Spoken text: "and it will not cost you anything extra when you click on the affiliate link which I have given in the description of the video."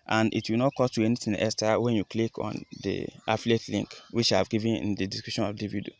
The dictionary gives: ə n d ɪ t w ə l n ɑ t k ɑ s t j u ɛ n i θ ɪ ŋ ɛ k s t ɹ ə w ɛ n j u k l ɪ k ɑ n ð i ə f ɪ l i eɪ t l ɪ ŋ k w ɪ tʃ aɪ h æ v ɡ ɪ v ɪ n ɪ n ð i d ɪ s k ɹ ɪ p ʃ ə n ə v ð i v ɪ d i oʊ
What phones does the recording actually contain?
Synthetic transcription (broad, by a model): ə n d ɪ t w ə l n ɑ t k ɑ s t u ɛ n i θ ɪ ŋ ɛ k s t ə w ɛ n j u k l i k ɑ n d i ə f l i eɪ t l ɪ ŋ k w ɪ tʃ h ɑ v ɡ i v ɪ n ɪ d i d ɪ s k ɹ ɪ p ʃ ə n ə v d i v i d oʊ